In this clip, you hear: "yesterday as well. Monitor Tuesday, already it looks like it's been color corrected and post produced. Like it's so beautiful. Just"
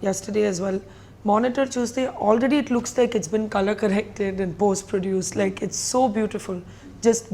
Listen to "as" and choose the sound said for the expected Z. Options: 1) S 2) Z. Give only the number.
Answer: 2